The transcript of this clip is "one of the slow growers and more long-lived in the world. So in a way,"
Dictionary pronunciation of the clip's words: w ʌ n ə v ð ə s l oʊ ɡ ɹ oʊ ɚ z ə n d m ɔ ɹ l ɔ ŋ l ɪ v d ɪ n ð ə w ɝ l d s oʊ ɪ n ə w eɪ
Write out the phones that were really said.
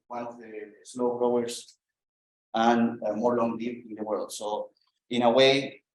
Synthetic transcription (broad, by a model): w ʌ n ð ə s l oʊ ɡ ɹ oʊ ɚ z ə n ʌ m ɔ ɹ l ɔ ŋ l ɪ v ɪ n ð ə w ɝ l d s oʊ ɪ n ə w eɪ